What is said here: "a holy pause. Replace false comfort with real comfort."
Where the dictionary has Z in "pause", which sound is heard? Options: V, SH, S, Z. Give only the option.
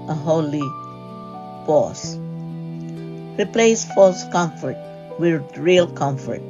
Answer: S